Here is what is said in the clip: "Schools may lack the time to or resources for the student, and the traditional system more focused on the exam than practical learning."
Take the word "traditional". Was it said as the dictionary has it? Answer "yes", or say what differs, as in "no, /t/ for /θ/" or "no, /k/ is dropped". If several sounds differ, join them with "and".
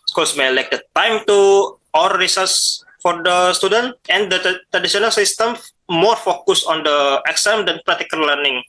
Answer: no, /s/ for /ʃ/